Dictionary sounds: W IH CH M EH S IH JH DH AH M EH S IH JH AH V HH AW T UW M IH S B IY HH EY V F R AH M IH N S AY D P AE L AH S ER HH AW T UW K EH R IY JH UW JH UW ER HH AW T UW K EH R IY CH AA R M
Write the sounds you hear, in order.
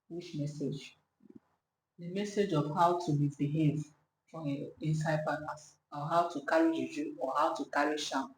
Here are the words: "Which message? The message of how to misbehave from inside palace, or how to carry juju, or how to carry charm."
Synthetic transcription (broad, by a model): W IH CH M EH S IH JH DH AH M EH S IH JH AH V HH AW T UW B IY B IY HH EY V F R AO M IH N S AY D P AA N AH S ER HH AW T UW K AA R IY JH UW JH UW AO HH AW T UW K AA R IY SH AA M